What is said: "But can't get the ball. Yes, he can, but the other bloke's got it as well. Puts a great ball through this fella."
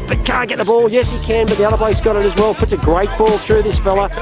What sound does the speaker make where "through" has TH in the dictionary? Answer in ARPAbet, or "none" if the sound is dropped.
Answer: TH